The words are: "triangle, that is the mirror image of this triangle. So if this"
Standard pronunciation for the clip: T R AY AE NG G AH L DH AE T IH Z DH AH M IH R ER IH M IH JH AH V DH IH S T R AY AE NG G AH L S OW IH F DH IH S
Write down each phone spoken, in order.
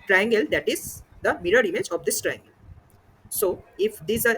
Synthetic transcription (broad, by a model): T R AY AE NG G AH L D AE T IH Z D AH M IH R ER IH M IH JH AH V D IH S T R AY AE NG G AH L S OW IH F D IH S